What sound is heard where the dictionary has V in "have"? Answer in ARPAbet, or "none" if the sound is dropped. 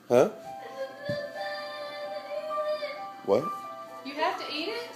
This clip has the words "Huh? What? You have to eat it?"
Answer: F